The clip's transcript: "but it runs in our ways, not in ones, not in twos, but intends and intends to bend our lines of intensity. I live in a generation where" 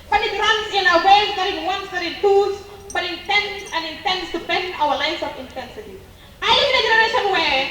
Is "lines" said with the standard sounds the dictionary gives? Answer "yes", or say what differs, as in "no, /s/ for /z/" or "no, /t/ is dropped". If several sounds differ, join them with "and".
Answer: no, /s/ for /z/